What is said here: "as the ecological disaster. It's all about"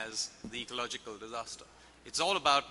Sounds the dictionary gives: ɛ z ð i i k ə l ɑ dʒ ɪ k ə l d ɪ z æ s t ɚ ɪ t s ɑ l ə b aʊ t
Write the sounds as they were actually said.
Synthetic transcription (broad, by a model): z ð i i k ə l ɑ dʒ ɪ k ə l d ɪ z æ s t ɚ ɪ t s ɑ l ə b aʊ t